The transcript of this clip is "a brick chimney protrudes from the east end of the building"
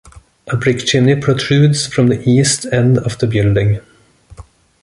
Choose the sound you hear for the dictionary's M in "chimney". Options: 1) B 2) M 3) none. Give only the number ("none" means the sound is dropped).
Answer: 3